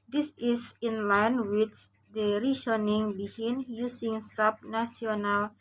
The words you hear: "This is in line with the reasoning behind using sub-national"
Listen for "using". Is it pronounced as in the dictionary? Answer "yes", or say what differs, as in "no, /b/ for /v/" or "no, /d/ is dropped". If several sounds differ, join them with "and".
no, /s/ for /z/